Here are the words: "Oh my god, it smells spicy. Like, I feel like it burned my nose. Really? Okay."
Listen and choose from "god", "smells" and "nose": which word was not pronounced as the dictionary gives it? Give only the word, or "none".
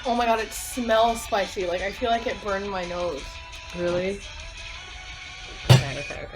none